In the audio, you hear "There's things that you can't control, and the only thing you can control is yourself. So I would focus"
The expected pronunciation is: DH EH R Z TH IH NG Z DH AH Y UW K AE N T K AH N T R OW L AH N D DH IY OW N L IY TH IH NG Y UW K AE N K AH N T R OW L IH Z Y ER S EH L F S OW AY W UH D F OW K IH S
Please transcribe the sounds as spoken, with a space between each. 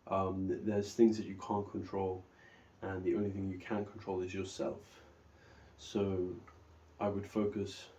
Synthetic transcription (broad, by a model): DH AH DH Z TH IH NG Z DH AH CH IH K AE N K AH N T R OW L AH N DH IY OW N L IY TH IH NG Y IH K AE N K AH N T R OW L IH Z Y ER S EH L F S OW AY W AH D F OW K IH S